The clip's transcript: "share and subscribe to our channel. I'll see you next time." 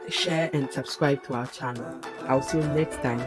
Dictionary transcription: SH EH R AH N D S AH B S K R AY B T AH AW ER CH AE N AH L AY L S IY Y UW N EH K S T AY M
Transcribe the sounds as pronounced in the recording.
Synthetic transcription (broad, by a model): SH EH R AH N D S AH B S K R AY B T AH AW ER CH AE N AH L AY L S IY N EH K S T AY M